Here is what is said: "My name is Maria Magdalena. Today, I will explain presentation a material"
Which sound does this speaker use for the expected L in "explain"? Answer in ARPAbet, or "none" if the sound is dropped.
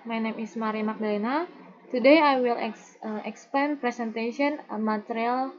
none